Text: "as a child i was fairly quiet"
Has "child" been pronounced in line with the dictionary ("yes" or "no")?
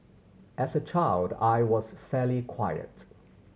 yes